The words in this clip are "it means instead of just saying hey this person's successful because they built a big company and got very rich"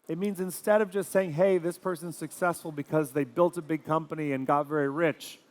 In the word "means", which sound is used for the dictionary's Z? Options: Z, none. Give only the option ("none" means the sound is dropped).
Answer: Z